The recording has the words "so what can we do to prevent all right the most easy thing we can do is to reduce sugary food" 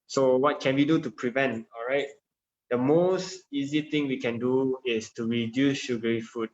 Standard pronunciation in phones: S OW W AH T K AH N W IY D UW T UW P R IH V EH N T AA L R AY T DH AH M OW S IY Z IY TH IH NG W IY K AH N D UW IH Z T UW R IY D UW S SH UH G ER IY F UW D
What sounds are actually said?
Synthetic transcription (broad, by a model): S OW W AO T K AH N W IY D UW T UW P R IH V EH N T AA L R AY T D AH M OW S IY Z IY T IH NG W IY K AH N D UW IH S T UW R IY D UW S SH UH G ER IY F UW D